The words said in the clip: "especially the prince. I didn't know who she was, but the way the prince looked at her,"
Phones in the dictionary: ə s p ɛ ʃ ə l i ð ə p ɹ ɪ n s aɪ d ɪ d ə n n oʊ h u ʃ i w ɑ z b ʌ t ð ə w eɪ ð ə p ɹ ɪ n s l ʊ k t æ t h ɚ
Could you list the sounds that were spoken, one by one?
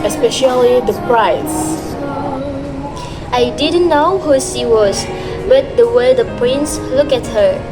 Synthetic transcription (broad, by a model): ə s p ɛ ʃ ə l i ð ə p ɹ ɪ s aɪ d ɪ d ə n n oʊ h u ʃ i w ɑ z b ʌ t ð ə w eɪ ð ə p ɹ ɪ n s l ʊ k æ t h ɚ